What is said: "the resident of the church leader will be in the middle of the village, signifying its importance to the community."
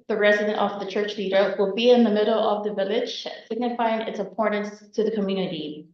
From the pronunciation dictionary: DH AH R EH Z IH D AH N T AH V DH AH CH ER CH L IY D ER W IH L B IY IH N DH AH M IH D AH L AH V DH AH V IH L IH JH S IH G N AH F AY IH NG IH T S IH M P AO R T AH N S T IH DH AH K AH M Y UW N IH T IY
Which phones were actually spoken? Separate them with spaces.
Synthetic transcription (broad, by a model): DH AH R EH Z IH D AH N T AH V DH AH CH ER CH L IY D ER W IH L B IY IH N DH AH M IH D L AH V DH AH V IH L IH JH S IH G N AH F AY IH NG IH T S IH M P AO R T N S T IH DH AH K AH M Y UW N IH T IY